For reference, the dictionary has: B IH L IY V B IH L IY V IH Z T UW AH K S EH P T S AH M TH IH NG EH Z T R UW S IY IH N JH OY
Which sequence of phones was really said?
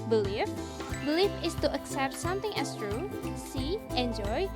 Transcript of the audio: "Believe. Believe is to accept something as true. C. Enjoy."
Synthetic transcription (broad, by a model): B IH L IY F B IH L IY F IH S T UW AH K S EH P T S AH M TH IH NG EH S T R UW S IY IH N JH OY